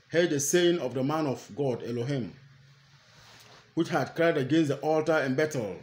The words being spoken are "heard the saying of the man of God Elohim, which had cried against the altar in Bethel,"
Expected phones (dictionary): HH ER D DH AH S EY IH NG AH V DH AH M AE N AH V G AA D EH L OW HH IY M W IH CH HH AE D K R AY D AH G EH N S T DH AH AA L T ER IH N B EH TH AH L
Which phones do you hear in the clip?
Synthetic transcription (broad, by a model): HH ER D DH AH S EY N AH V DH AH M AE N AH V G AA D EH L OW HH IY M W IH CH HH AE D K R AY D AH G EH N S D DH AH AA L T ER IH N B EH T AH L